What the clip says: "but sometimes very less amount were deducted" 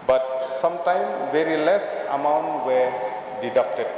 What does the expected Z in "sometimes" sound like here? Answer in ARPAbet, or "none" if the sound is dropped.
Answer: none